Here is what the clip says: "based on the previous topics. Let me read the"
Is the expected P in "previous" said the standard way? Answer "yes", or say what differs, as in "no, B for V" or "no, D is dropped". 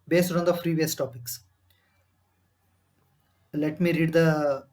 no, F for P